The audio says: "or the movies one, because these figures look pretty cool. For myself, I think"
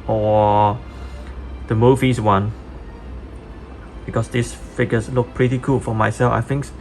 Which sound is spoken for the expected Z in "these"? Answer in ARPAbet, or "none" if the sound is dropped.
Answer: S